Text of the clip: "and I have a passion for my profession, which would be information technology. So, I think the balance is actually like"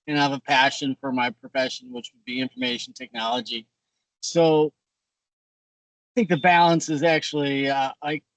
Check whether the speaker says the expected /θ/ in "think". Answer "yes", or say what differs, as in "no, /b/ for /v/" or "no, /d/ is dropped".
yes